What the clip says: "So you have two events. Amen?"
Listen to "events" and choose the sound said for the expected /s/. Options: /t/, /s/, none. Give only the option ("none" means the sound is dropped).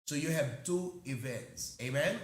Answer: /s/